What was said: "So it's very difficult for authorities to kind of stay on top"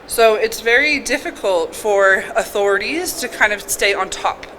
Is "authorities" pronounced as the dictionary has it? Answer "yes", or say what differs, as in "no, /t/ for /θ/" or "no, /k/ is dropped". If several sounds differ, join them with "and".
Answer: yes